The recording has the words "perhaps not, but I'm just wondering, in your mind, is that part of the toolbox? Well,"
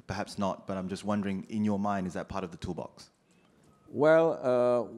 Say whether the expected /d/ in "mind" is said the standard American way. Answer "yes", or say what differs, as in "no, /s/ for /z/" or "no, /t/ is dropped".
yes